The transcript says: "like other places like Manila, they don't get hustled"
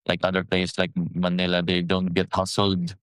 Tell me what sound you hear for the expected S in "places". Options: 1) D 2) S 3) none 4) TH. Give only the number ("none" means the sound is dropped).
3